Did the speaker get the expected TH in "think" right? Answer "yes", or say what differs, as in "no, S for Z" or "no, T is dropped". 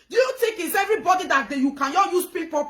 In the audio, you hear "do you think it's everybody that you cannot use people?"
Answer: no, T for TH